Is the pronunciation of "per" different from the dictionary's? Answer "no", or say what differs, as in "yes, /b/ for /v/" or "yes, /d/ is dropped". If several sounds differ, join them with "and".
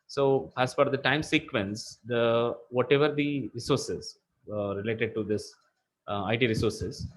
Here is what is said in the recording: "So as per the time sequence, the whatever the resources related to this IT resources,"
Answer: yes, /f/ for /p/